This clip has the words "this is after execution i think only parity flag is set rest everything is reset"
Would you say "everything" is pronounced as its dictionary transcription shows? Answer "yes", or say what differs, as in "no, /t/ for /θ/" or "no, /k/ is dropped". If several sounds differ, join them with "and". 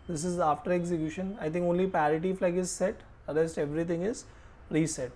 no, /t/ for /θ/